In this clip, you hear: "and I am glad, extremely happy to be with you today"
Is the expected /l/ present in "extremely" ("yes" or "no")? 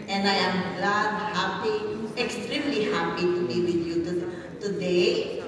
yes